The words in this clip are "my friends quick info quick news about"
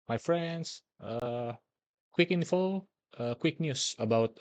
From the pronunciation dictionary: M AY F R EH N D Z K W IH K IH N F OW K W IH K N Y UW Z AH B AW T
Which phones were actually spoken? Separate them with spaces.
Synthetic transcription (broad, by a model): M AY F R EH N D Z K W IH K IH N F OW K W IH K N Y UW S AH B AW T